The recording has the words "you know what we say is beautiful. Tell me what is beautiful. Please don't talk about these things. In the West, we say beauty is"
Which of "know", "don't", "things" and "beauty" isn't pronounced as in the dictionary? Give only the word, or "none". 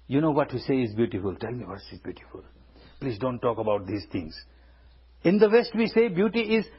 things